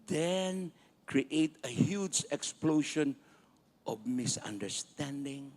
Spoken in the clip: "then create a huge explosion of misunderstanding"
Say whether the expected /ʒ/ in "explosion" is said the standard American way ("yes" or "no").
no